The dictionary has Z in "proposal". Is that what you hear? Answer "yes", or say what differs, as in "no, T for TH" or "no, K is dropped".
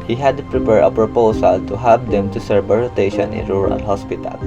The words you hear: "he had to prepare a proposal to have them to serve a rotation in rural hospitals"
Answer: no, S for Z